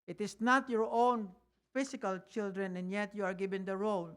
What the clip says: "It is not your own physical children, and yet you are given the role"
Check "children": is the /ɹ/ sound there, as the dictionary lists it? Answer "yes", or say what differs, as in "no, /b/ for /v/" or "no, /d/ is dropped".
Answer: yes